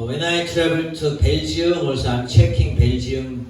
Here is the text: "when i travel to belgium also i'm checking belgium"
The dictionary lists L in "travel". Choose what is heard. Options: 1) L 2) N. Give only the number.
2